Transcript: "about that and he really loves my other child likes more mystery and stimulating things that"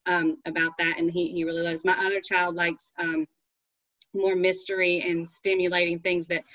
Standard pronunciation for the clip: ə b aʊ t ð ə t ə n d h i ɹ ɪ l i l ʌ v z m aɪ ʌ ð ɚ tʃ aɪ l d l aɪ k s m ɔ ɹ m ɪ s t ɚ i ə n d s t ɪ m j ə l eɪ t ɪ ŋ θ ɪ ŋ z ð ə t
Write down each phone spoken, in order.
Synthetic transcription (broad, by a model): ə b aʊ t ð ə t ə n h h i ɹ ɪ l i l ʌ v z m aɪ ʌ ð ɚ tʃ aɪ l d l aɪ k s m ɔ ɹ m ɪ s t ɚ i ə n s t ɪ m j ə l eɪ t ɪ ŋ θ ɪ ŋ z ð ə t